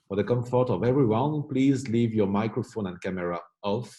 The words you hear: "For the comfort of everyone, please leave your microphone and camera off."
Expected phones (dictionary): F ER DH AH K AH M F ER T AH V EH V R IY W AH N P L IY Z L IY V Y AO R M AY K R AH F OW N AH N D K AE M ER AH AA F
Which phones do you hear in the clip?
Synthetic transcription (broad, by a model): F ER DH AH K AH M F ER T AH V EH V R IY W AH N P L IY Z L IY V Y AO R M AY K R AH F OW N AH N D K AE M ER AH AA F